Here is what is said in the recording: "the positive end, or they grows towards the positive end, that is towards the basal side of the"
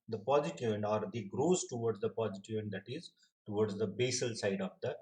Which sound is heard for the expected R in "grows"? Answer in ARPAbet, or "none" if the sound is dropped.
R